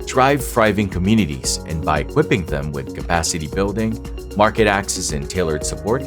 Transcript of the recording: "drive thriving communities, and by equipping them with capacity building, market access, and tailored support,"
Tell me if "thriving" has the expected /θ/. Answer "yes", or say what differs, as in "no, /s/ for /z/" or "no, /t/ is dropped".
no, /f/ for /θ/